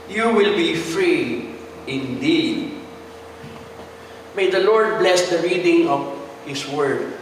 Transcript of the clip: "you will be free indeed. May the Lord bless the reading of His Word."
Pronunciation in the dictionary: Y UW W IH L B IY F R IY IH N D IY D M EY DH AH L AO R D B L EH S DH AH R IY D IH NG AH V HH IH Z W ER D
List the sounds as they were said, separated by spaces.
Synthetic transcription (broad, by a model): Y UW W IH L B IY F R IY IH N D IY D M EY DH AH L AO R D B L EH S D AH R IY D IH NG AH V HH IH S W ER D